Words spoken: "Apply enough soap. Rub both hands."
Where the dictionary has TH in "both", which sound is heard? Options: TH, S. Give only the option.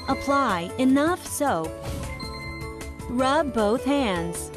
TH